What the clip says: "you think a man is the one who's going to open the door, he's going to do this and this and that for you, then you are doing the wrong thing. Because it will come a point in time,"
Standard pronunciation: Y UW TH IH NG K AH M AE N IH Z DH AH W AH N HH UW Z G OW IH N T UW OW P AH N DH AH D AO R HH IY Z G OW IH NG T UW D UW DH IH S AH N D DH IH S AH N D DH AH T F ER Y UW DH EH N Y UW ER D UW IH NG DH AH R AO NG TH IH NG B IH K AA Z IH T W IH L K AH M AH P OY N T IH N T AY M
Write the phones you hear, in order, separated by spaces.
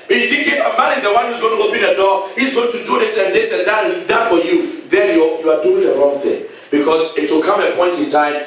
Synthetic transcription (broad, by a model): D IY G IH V AH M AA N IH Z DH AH W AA N HH UW Z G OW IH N T UW OW P AH N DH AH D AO HH IY Z G OW IH NG T UW D UW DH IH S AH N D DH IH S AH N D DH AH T F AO Y UW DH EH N Y UW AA D UW IH NG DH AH R AO NG TH IH NG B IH K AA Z IH T W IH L K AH M AH P OY N T IH N T AY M